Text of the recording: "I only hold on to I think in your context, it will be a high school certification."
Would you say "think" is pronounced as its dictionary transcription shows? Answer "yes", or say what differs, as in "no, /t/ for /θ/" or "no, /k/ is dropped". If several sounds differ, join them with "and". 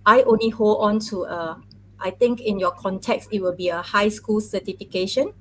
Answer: no, /t/ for /θ/